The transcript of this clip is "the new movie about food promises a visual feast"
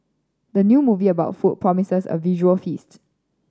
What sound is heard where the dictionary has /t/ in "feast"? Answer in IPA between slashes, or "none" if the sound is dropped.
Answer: /t/